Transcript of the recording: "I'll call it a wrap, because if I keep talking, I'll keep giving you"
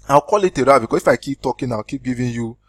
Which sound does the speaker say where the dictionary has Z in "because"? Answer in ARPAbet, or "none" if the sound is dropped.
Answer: none